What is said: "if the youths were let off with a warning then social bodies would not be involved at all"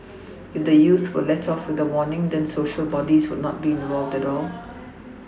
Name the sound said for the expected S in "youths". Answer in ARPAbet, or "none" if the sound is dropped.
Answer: none